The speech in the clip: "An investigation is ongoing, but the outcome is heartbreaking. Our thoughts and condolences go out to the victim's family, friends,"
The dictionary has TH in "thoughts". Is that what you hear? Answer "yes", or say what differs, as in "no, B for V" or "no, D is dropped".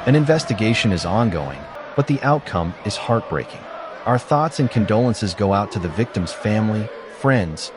yes